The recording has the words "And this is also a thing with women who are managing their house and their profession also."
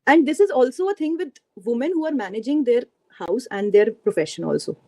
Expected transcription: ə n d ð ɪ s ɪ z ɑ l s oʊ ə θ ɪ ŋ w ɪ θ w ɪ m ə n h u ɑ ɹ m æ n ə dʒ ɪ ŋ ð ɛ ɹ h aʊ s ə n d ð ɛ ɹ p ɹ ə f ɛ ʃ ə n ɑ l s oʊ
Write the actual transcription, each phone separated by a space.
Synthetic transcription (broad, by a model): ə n d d ɪ s ɪ z ɑ l s oʊ ə t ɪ ŋ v ɪ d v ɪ m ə n h u ɑ ɹ m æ n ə dʒ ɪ ŋ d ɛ ɹ h aʊ s ə n d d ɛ ɹ p ɹ ə f ɛ ʃ ə n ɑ l s oʊ